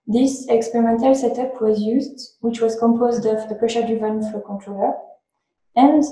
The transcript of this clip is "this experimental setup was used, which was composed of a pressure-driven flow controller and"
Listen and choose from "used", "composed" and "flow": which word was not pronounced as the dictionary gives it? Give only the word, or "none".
flow